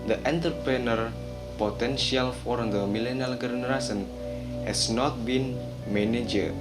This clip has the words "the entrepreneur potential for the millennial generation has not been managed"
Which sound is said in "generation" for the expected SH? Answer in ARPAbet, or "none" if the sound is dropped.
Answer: S